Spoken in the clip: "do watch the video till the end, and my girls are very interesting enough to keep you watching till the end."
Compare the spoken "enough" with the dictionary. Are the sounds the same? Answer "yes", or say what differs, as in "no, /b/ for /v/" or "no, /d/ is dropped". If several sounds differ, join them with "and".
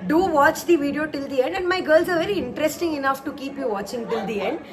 yes